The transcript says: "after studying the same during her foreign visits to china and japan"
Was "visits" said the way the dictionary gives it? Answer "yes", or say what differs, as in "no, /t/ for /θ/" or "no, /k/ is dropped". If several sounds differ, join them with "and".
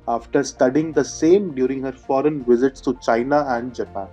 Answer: yes